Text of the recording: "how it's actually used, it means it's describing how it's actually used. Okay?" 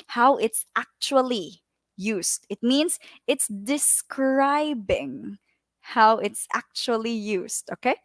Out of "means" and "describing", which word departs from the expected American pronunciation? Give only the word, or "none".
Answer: means